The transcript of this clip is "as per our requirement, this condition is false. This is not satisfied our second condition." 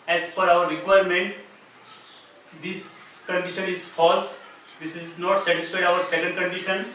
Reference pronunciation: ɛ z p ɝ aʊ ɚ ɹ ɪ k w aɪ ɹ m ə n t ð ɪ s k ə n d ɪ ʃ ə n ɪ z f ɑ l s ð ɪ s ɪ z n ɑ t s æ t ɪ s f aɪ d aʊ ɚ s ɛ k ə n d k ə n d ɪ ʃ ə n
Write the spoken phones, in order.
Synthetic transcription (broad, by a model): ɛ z f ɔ aʊ ɚ ɹ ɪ k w aɪ ɹ m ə n t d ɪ s k ə n d ɪ ʃ ə n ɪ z f ɑ l s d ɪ s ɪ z n ɑ t s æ t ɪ s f aɪ aʊ ɚ s ɛ k ə n d k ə n d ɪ ʃ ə n